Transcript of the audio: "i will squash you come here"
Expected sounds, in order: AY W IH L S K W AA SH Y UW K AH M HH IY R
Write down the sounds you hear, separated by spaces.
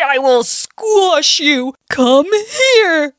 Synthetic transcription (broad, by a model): AY W IH L S K W AA SH Y UW K AH M HH IY R